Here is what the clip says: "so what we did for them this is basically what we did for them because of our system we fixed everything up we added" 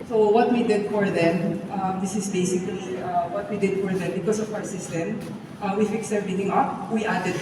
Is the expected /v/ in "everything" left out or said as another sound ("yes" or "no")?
yes